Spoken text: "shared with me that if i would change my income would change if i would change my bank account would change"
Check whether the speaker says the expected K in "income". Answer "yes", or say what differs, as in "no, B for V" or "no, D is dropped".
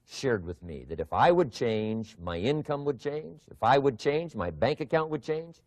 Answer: yes